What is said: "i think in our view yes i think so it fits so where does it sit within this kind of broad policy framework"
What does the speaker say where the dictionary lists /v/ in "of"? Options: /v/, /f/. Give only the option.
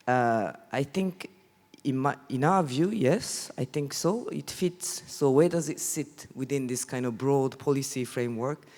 /v/